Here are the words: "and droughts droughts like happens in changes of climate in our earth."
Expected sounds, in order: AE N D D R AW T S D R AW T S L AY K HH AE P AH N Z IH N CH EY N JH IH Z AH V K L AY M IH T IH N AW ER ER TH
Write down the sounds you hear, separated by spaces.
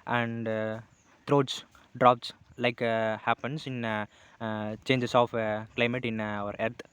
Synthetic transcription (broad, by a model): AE N D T R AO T S D R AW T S L AY K HH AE P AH N S IH N CH EY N JH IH S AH F K L AY M IH T IH N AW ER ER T